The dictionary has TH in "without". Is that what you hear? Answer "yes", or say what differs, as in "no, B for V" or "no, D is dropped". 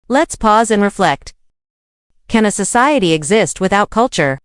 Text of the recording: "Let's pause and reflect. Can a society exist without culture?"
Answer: yes